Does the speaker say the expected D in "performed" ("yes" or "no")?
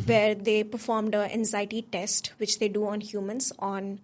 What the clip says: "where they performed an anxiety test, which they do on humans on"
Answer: yes